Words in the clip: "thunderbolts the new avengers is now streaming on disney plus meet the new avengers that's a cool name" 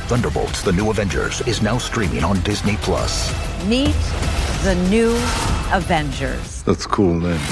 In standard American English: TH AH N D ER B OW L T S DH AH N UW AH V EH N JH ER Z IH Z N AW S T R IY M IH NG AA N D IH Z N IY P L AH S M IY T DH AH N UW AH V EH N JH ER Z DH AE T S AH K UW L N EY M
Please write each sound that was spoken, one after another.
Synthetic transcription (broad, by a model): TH AH N D ER B OW T S DH AH N UW AH V EH N JH ER Z IH Z N AW S T R IY M IH NG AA N D IH Z N IY P L AH S M IY T DH AH N UW AH V EH N JH ER Z DH AE T S K UW L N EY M